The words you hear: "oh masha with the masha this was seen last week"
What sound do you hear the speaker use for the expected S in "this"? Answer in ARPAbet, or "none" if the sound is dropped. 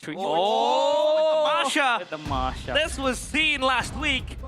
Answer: S